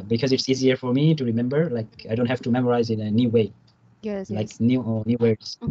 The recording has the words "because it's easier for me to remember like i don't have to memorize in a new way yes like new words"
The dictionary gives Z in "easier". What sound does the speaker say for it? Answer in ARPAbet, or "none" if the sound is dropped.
Z